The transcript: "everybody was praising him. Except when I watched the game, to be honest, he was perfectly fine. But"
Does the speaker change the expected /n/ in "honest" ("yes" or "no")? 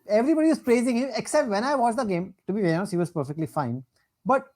yes